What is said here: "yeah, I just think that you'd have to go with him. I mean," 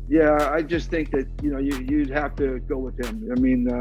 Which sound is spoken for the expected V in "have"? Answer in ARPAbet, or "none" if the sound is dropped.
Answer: F